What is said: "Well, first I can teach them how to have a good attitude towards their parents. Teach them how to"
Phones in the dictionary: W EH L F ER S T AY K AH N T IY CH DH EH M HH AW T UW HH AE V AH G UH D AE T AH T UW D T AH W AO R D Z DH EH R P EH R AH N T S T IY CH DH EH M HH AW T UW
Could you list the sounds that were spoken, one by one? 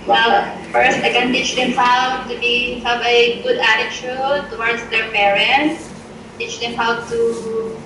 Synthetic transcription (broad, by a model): W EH L F ER S T AY K AH N T IY CH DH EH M HH AW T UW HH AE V AH G UH D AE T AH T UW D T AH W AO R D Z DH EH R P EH R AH N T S T IY CH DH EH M HH AW T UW